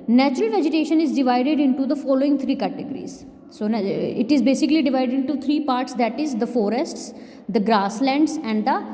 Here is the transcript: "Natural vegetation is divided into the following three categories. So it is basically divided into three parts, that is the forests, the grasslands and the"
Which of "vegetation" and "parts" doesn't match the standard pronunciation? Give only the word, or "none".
none